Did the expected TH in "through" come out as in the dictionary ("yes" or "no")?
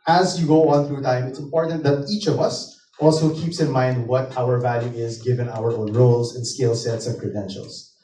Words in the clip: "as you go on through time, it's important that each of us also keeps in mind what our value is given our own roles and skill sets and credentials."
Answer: yes